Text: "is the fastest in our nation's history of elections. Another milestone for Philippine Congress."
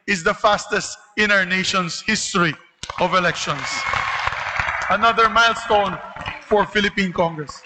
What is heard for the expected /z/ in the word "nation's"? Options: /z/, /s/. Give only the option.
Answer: /s/